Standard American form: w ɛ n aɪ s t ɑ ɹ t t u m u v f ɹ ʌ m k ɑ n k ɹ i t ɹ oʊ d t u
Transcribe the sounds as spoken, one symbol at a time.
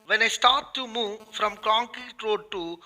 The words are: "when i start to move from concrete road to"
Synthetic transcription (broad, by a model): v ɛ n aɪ s t ɑ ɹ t t u m u v f ɹ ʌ m k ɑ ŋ k i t ɹ oʊ d t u